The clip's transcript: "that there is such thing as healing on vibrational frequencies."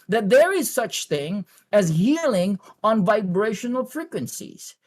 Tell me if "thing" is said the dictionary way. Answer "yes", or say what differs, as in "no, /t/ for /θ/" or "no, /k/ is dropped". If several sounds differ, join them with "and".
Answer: yes